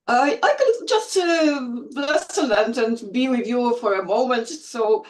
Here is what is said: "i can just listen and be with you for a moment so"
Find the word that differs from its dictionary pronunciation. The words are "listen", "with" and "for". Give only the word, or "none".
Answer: listen